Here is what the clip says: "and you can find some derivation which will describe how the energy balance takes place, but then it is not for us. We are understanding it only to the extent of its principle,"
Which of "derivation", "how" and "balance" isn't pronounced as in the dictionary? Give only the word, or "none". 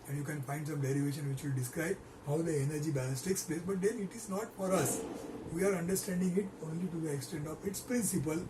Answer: balance